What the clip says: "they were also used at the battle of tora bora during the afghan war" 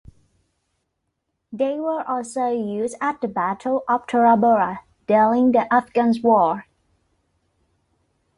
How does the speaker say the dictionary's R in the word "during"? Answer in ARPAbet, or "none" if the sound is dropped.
L